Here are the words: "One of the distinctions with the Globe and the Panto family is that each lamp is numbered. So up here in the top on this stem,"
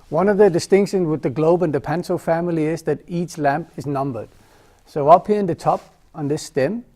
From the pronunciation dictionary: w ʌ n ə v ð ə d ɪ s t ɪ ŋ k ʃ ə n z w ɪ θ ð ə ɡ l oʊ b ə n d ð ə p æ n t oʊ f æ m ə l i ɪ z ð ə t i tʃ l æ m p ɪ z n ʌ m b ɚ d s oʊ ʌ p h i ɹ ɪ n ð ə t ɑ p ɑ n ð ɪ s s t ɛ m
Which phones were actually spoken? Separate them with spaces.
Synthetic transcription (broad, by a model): w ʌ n ə v ð ə d ɪ s t ɪ ŋ k ʃ ə n z w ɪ ð ə ɡ l oʊ b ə n ð ə p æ n s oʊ f æ m ə l i ɪ z ð ə t i tʃ l æ m p ɪ z n ʌ m b ɚ d s oʊ ʌ p h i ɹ ɪ n ð ə t ɑ p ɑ n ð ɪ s s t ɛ m